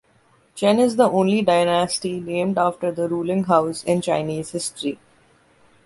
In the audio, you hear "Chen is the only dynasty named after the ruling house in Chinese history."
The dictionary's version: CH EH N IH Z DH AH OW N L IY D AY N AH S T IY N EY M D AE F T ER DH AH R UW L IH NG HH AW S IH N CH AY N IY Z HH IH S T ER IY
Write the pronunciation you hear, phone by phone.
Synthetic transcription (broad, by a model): CH EH N IH Z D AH OW N L IY D AY N AH S T IY N EY M D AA F T ER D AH R UW L IH NG HH AW S IH N CH AY N IY Z HH IH S T ER IY